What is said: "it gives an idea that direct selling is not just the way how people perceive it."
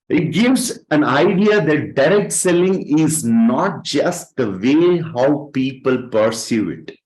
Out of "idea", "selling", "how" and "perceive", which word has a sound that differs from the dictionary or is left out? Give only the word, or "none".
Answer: perceive